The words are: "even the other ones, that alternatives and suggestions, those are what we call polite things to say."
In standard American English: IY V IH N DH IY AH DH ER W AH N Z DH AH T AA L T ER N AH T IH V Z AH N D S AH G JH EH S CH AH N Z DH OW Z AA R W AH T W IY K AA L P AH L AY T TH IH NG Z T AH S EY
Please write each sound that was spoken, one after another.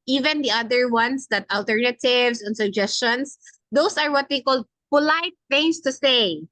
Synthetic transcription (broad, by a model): IY V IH N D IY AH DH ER W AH N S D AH T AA L T ER N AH T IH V S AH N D S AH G JH EH S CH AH N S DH OW S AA R W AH T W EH K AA L P AH L AY T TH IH NG S T AH S EY